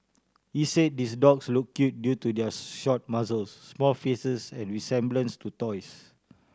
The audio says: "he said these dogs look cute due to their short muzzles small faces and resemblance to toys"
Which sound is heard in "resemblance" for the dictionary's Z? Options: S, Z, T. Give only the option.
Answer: S